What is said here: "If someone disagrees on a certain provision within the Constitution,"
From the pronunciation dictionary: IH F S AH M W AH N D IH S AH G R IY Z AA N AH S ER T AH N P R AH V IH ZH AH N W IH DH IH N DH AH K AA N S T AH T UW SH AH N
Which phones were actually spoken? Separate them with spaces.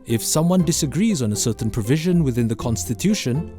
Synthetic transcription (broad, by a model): IH F S AH M W AH N D IH S AH G R IY Z N AH S ER T N P R AH V IH ZH AH N W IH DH IH N DH AH K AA N S T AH T UW SH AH N